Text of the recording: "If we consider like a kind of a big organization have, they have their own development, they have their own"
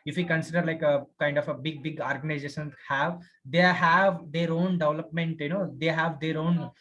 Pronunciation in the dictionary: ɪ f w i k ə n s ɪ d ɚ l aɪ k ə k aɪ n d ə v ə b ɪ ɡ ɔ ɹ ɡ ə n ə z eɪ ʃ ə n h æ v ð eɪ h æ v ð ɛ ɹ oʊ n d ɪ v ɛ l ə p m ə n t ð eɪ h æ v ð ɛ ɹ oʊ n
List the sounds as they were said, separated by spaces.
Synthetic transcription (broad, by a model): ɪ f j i k ə n s ɪ d ɚ l aɪ k ə k aɪ n d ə b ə b ɪ ɡ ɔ ɹ ɡ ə n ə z eɪ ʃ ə n h æ v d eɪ h æ v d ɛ ɹ oʊ n d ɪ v l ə p m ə n t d eɪ h æ v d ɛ ɹ oʊ n